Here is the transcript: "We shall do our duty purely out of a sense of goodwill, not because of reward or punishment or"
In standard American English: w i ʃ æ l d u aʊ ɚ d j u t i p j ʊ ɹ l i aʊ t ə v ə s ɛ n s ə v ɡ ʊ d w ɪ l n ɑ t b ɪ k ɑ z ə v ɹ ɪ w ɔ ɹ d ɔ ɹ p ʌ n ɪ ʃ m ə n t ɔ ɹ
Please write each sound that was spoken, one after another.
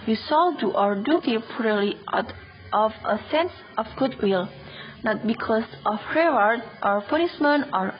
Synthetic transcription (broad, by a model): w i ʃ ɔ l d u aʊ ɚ d j u t i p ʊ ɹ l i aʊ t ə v ə s ɛ n s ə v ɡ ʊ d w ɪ l n ɑ t b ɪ k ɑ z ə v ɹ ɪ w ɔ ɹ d ɔ ɹ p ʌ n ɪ s m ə n ɔ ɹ